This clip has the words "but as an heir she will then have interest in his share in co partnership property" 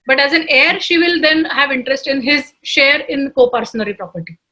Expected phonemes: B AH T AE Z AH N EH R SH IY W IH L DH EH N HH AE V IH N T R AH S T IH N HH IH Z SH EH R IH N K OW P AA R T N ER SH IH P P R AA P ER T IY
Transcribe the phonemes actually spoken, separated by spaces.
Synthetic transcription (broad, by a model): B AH T AE Z AH N EH R SH IY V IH L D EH N HH AE V IH N T R AH S T IH N HH IH Z SH EH R IH N K OW P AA R S N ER IY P P R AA P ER T IY